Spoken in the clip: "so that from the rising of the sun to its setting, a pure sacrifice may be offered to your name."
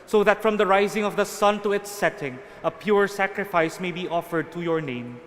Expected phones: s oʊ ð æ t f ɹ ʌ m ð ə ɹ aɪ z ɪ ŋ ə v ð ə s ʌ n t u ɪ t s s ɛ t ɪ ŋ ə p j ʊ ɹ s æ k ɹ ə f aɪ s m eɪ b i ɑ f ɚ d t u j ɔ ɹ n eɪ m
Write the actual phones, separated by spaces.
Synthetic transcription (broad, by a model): s oʊ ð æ t f ɹ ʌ m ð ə ɹ aɪ z ɪ ŋ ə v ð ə s ʌ n t u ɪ t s s ɛ t ɪ ŋ ə p j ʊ ɹ s æ k ɹ ə f aɪ s m eɪ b i ɑ f ɚ d t u j ɔ ɹ n eɪ m